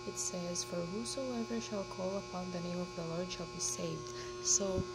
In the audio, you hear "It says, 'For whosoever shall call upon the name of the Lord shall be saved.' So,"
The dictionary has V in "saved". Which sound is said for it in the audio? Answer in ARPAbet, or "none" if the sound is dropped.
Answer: V